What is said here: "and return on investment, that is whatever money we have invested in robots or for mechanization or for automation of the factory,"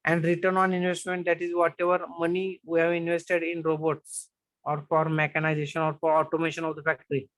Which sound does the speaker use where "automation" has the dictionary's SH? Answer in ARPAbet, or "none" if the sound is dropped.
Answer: SH